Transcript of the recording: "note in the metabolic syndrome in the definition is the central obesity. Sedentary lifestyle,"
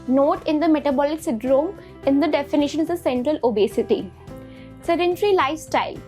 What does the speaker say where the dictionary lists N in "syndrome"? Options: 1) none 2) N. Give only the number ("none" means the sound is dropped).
1